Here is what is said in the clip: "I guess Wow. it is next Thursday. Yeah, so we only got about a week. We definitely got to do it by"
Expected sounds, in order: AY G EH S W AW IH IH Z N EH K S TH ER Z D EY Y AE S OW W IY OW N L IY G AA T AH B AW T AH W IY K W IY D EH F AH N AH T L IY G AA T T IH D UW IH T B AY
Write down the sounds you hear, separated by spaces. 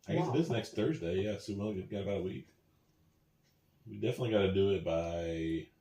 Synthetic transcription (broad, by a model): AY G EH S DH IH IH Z N EH K S TH ER Z D EY Y AE S OW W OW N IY G AA T AH B AW T AH W IY K W IY D EH F AH N AH T L IY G AA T T IH D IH IH T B AY